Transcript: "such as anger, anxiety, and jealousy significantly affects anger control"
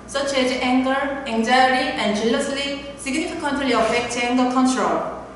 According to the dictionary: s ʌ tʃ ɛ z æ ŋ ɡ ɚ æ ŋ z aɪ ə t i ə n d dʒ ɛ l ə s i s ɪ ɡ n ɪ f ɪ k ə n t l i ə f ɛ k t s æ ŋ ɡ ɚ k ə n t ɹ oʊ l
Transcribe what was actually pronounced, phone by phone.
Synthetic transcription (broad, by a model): s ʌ tʃ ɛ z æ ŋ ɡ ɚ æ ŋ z aɪ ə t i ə n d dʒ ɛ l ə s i s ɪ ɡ n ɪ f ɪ k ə n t l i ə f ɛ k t ɛ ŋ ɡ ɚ k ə n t ɹ oʊ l